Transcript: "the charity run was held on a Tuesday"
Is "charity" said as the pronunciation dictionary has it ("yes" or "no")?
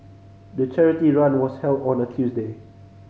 yes